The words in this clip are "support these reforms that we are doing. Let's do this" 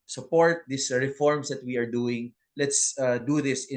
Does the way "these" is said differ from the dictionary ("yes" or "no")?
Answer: yes